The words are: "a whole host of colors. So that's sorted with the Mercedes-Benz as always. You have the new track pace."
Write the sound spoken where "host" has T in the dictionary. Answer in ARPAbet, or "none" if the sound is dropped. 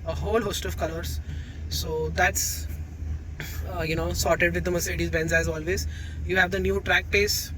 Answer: T